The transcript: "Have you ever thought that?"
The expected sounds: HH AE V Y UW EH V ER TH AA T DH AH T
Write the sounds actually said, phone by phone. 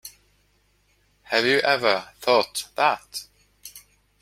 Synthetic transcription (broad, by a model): HH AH V Y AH EH V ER TH AA T DH AH T